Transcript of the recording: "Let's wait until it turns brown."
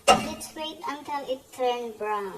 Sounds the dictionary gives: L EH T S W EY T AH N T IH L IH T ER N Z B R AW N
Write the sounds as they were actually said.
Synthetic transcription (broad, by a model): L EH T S W EY T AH N T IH L IH T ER N B R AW N